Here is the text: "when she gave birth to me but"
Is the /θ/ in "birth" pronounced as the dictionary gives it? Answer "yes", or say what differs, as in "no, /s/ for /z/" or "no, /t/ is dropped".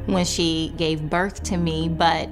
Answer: yes